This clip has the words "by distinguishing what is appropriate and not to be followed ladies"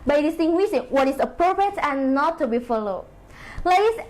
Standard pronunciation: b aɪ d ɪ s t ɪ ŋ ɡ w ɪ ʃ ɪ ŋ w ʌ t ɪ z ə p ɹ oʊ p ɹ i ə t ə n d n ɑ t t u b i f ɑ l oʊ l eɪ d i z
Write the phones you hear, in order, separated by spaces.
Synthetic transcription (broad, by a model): b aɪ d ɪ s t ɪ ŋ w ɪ s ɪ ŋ w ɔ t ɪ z ə p ɹ oʊ p ɹ i ə t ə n n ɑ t t u b i f ɑ l oʊ l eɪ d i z